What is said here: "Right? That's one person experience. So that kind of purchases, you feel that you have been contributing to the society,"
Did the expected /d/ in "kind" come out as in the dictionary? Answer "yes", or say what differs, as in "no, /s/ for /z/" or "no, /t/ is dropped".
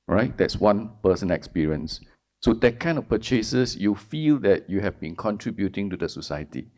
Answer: no, /d/ is dropped